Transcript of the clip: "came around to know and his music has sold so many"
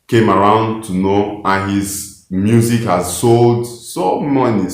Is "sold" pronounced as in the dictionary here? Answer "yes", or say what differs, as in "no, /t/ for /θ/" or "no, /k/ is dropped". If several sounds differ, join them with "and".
yes